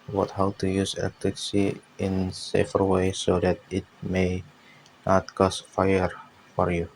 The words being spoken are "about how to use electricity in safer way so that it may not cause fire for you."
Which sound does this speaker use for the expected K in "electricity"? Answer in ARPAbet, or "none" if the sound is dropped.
none